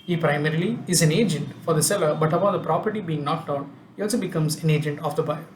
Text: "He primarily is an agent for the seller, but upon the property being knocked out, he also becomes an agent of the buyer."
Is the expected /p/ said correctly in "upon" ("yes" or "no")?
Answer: no